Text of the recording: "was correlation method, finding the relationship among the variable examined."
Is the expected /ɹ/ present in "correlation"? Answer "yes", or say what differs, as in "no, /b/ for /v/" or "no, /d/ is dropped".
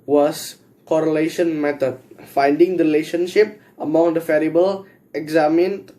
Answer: yes